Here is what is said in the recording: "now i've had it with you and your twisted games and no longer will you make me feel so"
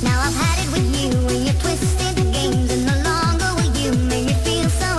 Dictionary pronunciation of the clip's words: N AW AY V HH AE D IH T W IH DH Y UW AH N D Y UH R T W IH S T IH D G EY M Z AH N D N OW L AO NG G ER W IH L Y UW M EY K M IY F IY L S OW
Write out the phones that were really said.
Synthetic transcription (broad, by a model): N AW AY V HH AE D IH T W IH DH Y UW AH N Y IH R T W IH S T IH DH G EY M Z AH N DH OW L AO NG G ER W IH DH Y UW M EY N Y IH F IY L S OW